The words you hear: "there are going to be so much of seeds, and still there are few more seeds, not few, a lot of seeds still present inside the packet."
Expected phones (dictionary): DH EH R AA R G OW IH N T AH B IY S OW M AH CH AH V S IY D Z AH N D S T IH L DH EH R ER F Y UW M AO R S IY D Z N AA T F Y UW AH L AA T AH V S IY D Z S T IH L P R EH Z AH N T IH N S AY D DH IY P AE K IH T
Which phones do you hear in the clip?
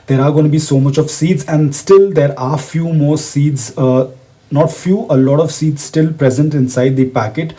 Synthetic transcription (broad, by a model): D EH R AA R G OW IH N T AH B IY S OW M AH CH AH V S IY D Z AH N D S T IH L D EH R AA F Y UW M AO R S IY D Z N AA T F Y UW AH L AA T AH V S IY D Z S T IH L P R EH Z AH N T IH N S AY D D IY P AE K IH T